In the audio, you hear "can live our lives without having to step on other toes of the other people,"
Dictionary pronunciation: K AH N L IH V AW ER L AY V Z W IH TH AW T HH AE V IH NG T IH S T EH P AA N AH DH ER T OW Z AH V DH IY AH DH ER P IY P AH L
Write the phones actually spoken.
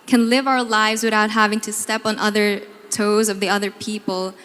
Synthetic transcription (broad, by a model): K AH N L IH V AW ER L AY V Z W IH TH AW T HH AE V IH NG T IH S T EH P N AH DH ER T OW Z AH V DH IY AH DH ER P IY P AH L